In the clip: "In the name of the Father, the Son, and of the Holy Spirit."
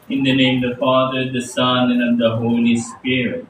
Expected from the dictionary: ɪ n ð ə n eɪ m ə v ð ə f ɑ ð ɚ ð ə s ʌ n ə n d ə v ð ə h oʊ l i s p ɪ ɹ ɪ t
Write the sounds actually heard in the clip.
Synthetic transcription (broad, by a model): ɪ n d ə n eɪ ə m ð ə f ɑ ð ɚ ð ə s ʌ n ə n ə v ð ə h oʊ l i s p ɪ ɹ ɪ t